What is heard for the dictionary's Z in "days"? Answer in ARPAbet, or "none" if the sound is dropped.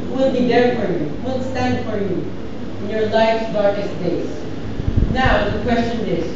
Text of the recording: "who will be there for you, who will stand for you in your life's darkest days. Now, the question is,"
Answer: S